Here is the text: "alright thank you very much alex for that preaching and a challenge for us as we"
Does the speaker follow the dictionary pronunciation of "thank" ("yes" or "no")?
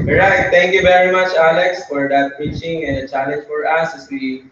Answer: no